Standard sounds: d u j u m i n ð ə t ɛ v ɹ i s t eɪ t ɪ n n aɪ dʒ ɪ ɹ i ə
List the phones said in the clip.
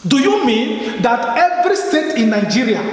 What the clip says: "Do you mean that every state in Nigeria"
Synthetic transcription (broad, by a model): d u j u m i n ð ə t ɛ v ɹ i s t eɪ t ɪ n n aɪ dʒ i ɹ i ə